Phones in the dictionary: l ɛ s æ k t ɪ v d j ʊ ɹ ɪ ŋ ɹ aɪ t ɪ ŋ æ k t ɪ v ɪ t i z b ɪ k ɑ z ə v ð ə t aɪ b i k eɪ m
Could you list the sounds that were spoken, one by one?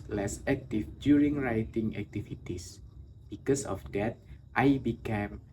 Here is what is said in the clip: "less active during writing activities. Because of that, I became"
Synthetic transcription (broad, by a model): l ɛ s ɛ k t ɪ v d j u ɹ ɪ ŋ ɹ aɪ t ɪ ŋ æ k t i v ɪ t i s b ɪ k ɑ s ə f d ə t aɪ b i k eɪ m